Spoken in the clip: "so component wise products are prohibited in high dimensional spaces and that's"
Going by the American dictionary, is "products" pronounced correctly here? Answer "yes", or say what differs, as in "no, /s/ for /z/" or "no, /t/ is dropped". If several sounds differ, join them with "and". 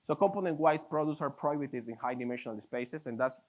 no, /k/ is dropped